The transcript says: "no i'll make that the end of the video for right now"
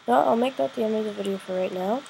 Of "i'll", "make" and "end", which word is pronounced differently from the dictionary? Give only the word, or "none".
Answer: end